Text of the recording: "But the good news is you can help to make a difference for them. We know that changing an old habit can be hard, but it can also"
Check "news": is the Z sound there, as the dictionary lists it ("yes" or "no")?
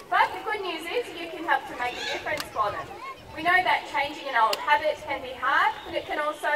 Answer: yes